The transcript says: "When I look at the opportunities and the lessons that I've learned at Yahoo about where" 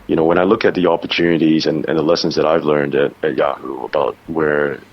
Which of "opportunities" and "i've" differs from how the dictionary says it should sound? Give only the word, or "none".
none